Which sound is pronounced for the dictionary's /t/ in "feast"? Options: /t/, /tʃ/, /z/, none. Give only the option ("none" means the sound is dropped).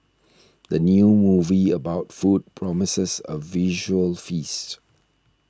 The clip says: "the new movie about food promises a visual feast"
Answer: /t/